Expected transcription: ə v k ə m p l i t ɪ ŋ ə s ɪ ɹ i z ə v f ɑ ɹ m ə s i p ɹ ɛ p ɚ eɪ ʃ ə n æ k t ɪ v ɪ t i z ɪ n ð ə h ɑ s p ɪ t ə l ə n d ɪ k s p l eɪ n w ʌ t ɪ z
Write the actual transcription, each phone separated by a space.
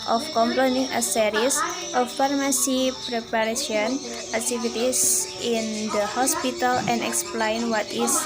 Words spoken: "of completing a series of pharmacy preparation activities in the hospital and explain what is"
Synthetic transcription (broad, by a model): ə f k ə m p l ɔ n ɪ ŋ ə s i ɹ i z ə f ɑ ɹ m ə s i p ɹ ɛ p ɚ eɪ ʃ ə n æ k t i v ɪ t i s ɪ n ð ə h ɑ s p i t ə l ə n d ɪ k s p l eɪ n w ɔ t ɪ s